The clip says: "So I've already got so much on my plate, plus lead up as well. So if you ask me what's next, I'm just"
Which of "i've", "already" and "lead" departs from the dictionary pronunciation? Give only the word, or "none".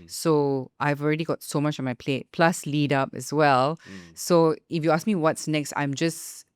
none